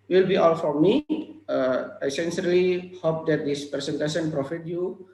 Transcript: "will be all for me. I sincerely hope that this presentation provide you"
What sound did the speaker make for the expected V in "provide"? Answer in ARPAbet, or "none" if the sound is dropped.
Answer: F